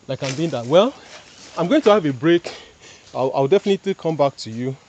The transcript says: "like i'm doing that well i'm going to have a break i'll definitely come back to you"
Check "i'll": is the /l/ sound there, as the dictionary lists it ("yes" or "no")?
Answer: no